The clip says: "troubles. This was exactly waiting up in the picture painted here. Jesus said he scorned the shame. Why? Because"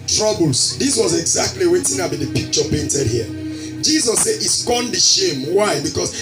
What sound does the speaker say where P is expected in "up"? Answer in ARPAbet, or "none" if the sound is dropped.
B